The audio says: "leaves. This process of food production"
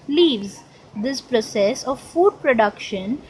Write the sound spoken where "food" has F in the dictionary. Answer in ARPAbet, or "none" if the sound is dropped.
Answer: F